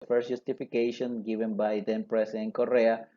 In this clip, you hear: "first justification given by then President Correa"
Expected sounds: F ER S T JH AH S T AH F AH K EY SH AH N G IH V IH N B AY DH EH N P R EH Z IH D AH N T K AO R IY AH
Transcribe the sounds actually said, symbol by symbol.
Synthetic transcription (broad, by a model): F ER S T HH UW S T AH F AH K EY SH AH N G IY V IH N B AY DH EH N P R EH S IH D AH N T K AO R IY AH